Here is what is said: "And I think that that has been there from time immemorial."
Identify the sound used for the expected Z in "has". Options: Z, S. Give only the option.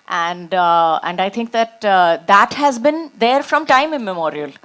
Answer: Z